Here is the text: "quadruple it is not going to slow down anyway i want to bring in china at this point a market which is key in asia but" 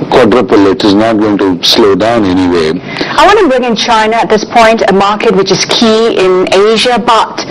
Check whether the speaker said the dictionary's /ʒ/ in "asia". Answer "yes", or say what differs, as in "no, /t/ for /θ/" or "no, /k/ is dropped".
yes